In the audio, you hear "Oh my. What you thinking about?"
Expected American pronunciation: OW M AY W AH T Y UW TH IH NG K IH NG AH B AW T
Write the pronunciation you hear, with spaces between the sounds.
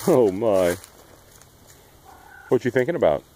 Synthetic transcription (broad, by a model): OW M AY W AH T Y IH TH IH NG K IH NG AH B AW T